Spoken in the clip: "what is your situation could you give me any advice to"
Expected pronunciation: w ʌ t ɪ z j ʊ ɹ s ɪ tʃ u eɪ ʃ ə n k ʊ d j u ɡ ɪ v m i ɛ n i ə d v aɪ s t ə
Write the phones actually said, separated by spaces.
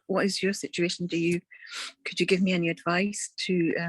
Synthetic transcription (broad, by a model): w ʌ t ɪ z j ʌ ɹ s ɪ tʃ u eɪ ʃ ə n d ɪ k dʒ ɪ ɡ ɪ v m i ɛ n i ə d v aɪ s t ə